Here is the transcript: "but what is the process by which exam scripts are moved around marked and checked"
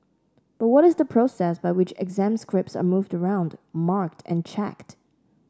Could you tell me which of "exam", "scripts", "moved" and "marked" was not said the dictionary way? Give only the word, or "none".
none